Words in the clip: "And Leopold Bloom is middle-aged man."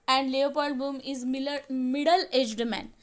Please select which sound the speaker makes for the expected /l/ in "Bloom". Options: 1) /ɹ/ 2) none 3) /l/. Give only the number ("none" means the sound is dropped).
2